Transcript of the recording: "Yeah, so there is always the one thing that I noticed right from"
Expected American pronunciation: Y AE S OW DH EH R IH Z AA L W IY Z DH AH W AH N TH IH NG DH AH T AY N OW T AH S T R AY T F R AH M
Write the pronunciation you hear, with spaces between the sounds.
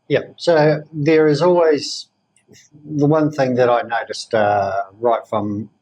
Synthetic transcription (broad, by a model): Y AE S OW DH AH R IH Z AA L W IY Z DH AH W AH N TH IH NG DH AH T AY N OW T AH S T R AY T F R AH M